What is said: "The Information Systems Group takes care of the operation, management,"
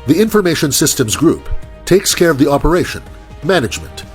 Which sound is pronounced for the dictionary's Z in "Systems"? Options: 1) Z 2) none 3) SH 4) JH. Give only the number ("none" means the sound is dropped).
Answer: 1